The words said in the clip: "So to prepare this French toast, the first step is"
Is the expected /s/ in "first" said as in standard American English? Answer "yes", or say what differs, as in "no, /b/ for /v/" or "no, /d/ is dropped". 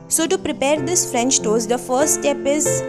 no, /s/ is dropped